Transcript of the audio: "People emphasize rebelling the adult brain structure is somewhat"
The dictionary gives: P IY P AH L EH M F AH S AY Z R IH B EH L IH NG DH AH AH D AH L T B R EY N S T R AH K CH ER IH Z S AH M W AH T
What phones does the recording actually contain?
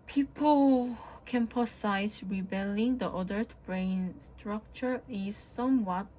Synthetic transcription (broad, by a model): P IY P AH L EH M P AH S AY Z R IH B EH L IH NG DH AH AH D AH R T B R EY N S T R AH K CH ER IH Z S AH M W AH T